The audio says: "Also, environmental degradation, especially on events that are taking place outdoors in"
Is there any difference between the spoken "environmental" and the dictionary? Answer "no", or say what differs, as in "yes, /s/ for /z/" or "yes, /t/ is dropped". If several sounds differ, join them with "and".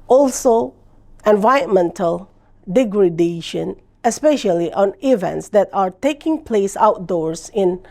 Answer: yes, /ɹ/ is dropped